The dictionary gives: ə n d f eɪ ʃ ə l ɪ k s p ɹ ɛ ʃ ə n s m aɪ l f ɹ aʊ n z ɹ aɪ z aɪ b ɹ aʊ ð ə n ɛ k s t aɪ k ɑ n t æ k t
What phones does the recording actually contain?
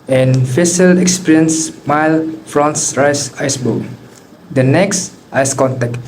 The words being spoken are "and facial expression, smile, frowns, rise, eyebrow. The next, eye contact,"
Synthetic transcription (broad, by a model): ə n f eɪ s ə l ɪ k s p ɹ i ə n s m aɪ l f ɹ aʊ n s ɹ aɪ s aɪ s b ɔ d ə n ɛ k s t aɪ k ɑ n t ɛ k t